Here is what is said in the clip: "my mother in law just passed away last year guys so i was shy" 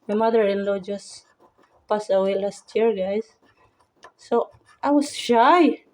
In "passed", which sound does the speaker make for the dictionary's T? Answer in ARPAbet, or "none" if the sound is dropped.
none